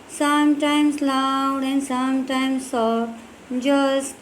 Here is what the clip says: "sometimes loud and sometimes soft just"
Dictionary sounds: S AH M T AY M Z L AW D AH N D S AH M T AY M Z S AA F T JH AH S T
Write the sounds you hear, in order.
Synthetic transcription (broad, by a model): S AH M T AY M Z L AW D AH N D S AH M T AY M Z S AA T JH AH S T